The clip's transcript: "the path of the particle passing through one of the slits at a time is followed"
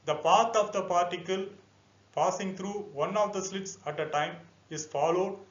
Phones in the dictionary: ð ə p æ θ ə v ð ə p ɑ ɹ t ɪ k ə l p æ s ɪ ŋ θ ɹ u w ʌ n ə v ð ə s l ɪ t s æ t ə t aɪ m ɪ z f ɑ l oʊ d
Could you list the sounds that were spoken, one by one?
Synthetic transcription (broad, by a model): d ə p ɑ t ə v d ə p ɑ ɹ t ɪ k ə l p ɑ s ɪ ŋ t ɹ u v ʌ n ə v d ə s l ɪ t s æ t ə t aɪ m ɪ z f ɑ l oʊ d